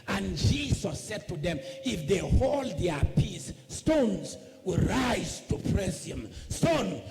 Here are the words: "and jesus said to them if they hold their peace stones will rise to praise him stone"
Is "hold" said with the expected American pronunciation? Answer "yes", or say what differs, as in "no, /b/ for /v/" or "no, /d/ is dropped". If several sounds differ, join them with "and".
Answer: yes